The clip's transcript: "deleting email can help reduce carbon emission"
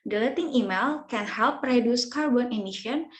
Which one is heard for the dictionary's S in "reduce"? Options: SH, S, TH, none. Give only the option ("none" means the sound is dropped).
S